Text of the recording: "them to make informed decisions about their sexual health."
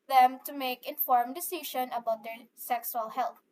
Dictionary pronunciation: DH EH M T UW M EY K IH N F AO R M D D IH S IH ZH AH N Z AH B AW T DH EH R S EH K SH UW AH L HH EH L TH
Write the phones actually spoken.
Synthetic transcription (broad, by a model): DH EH M T UW M EY K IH N F AO R M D D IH S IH SH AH N AH B AW T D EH R S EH K S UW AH L HH EH L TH